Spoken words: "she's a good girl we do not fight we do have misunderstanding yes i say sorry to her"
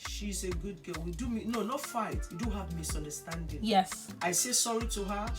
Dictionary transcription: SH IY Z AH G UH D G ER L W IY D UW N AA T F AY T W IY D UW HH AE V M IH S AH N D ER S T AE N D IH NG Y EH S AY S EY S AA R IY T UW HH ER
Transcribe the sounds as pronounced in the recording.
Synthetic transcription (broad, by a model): SH IY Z AH G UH D G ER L W IY D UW N AA T F AY T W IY D UW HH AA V M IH S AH N D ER S T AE N D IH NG Y EH S AY S EY S AA R IY T UW HH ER